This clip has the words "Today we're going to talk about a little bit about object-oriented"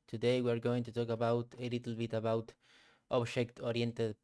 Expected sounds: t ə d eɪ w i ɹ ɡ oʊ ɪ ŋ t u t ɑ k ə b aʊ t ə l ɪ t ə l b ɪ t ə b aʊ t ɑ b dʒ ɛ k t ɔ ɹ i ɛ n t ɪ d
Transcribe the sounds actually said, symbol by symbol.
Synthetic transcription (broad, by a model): t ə d eɪ w i ɹ ɡ oʊ ɪ ŋ t u t ɑ k ə b aʊ t ə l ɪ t l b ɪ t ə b aʊ t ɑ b ʃ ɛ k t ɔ ɹ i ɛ n t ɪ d